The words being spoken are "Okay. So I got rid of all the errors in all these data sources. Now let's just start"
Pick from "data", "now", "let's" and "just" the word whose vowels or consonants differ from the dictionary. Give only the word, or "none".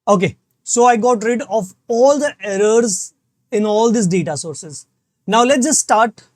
let's